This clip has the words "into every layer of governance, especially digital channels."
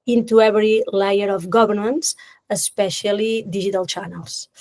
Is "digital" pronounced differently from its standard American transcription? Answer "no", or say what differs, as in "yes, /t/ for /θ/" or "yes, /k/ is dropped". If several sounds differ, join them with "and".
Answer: yes, /ʒ/ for /dʒ/